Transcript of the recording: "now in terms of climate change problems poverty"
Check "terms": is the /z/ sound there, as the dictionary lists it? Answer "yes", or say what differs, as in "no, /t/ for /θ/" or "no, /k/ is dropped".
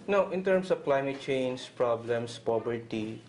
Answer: no, /s/ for /z/